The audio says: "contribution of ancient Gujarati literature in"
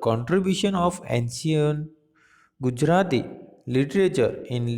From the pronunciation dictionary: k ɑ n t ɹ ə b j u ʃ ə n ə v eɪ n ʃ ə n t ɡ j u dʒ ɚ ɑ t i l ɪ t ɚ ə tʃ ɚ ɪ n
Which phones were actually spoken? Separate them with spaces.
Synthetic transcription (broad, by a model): k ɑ n t ɹ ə b j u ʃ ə n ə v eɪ n s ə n ɡ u dʒ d ɑ t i l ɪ t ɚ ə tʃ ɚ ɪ n